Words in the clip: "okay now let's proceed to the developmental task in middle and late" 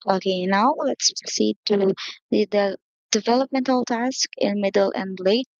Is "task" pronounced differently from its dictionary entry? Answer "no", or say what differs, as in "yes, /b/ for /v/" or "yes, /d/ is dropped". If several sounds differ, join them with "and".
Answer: no